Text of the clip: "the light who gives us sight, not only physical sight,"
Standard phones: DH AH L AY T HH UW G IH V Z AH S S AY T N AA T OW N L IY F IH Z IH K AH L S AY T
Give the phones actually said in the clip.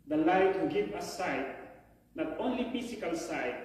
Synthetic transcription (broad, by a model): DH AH L AY T HH UW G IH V AH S S AY T N AA T OW N L IY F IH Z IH K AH L S AY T